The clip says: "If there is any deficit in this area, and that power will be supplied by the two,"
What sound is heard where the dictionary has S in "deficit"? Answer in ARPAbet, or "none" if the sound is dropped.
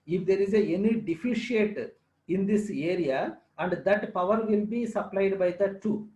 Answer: SH